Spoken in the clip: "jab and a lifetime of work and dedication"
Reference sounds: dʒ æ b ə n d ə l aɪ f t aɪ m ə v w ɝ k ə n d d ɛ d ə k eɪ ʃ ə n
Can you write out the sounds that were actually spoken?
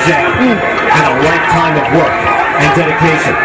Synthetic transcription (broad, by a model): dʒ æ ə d ə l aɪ t aɪ m ə v w ɝ k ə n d d ɛ d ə k eɪ ʃ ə n